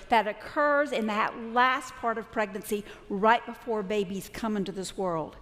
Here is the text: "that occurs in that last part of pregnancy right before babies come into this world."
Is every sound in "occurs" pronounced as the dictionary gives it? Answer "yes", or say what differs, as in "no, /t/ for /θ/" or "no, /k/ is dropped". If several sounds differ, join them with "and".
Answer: yes